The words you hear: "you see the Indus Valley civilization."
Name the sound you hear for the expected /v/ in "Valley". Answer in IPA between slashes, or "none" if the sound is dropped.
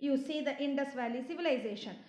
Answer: /v/